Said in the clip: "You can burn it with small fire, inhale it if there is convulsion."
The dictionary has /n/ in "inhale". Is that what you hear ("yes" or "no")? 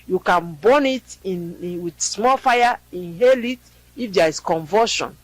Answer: yes